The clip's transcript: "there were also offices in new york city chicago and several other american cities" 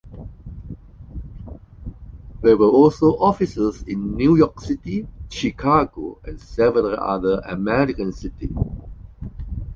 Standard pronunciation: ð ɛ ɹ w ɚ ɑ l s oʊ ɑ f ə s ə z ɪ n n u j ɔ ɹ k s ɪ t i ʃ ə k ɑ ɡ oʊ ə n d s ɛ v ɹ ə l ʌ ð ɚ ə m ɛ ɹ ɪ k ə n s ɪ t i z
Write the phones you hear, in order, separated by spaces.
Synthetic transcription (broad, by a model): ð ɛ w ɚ ɑ l s oʊ ɑ f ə s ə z ɪ n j u j ɔ k s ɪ t i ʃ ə k ɑ ɡ oʊ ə n s ɛ v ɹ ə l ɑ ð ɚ ə m ɛ ɹ ɪ k ə n s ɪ t i